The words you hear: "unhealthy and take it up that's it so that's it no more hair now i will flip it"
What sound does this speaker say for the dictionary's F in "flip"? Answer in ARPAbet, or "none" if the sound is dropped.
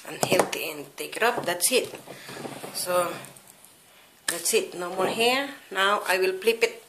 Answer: P